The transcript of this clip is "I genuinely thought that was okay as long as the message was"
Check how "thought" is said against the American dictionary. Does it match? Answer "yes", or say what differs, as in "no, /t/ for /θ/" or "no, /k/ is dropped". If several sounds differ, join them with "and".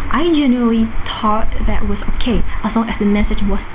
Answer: no, /t/ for /θ/